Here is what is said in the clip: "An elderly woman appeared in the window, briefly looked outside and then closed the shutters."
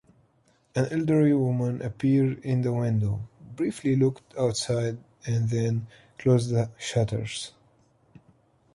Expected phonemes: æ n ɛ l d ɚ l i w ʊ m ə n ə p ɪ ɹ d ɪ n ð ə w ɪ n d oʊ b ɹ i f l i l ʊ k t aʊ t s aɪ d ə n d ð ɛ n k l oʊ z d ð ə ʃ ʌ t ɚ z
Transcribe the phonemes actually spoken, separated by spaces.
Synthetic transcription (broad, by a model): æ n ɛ l d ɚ i w ʊ m ə n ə p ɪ ɹ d ɪ n ð ə w ɪ n d oʊ b ɹ i f l i l ʊ k t aʊ t s aɪ d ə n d ð ɛ n k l oʊ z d ð ə ʃ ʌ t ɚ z